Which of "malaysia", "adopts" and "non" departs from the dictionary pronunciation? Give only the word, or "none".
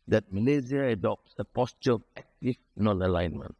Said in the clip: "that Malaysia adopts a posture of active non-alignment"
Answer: malaysia